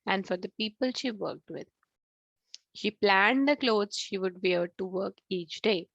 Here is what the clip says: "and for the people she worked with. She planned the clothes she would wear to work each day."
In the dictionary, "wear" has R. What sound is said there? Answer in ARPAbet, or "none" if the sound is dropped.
L